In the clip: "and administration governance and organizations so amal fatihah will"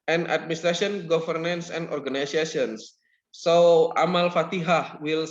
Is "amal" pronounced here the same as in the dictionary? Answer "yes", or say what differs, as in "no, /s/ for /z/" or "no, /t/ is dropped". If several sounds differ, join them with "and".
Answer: yes